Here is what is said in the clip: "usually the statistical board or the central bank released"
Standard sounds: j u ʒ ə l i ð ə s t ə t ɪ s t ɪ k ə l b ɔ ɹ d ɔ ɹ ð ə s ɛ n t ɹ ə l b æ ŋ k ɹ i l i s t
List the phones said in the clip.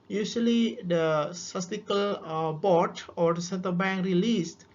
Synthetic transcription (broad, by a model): j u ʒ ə l i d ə s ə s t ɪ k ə l b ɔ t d ɔ ɹ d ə s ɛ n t ə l b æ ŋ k ɹ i l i s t